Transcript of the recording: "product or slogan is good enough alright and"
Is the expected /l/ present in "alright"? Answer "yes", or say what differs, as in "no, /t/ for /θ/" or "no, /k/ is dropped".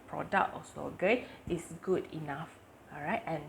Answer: no, /l/ is dropped